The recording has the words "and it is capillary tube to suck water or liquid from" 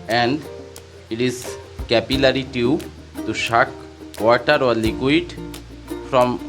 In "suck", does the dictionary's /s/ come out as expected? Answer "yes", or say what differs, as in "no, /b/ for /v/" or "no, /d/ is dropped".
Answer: no, /ʃ/ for /s/